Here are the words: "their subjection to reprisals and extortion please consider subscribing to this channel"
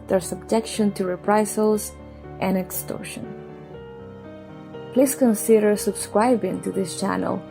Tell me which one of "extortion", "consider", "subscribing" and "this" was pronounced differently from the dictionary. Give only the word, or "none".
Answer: none